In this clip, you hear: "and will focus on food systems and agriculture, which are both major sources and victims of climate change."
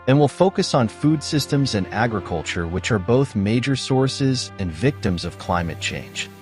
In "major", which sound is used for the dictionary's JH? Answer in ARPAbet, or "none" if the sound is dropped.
JH